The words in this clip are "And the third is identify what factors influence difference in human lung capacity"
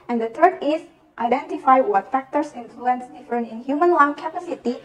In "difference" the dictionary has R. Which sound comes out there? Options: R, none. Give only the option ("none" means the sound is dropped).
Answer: none